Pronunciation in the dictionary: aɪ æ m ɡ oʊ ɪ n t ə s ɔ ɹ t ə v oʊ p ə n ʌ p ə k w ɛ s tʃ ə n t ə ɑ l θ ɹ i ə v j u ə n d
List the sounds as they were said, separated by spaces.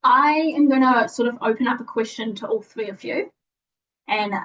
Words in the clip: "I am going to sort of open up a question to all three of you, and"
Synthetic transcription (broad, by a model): aɪ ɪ m ɡ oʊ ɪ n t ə s ɔ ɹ t ə v oʊ p ə n ʌ p ə k w ɛ s tʃ ə n t ə ɑ l θ ɹ i ə v j u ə n